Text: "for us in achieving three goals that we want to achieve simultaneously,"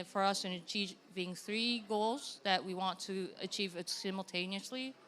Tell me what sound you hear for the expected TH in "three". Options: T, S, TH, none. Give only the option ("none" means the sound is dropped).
TH